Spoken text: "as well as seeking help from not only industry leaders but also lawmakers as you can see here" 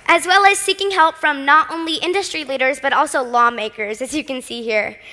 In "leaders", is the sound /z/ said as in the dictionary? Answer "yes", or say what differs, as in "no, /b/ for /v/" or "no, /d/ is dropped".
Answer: yes